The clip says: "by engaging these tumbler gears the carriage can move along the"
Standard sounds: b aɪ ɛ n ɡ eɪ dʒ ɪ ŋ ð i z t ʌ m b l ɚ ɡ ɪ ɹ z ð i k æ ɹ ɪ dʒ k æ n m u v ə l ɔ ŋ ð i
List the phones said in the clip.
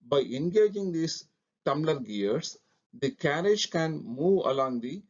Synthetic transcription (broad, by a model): b aɪ ɛ n ɡ eɪ dʒ ɪ ŋ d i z t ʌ m l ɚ ɡ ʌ ɹ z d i k æ ɹ ɪ dʒ k æ n m u v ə l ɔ ŋ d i